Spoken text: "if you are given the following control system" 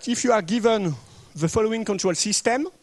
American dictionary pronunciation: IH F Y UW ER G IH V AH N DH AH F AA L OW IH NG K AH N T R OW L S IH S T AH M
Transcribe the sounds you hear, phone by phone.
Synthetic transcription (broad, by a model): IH F Y UW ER G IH V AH N DH AH F AA L OW IH NG K AH N T R OW L S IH S T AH M